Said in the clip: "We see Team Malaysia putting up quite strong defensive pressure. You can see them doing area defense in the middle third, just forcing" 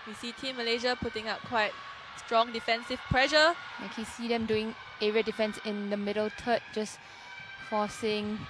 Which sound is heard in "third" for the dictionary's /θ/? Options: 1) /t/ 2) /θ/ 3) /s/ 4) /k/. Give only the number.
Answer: 1